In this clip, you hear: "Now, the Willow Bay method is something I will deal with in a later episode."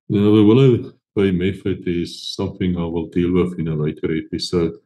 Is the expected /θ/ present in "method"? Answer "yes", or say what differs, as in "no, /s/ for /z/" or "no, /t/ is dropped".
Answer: no, /f/ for /θ/